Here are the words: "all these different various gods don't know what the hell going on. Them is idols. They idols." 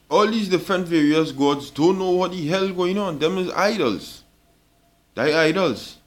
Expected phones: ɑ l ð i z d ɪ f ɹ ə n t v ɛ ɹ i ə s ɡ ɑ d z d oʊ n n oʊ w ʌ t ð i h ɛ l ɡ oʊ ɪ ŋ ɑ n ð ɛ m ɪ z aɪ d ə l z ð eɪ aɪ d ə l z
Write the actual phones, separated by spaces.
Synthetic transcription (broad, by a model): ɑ l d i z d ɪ f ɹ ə n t v ɛ ɹ i ə s ɡ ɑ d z d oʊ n n oʊ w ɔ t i h ɛ l ɡ oʊ ɪ ŋ ɑ n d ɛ m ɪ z aɪ d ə l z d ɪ aɪ d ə l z